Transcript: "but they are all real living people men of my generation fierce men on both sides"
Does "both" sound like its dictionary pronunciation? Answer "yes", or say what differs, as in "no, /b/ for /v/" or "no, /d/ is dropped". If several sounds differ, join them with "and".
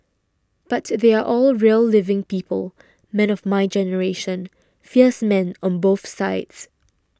yes